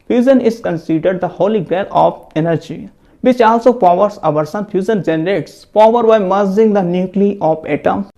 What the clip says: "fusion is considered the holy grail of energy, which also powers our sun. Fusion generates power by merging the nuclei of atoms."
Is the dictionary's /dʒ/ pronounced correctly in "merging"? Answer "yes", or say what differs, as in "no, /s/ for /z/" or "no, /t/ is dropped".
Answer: no, /z/ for /dʒ/